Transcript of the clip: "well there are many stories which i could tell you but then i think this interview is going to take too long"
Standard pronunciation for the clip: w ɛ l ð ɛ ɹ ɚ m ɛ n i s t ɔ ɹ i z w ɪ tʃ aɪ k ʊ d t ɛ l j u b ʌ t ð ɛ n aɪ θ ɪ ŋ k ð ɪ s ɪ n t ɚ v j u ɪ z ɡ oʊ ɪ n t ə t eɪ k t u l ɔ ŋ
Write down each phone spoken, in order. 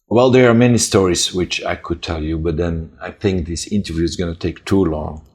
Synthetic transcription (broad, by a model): w ɛ l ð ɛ ɹ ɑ m ɛ n i s t ɔ ɹ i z w ɪ tʃ aɪ k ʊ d t ɛ l j u b ʌ t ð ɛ n aɪ θ ɪ ŋ k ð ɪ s ɪ n t ɚ v j u ɪ z ɡ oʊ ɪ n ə t eɪ k t u l ɔ ŋ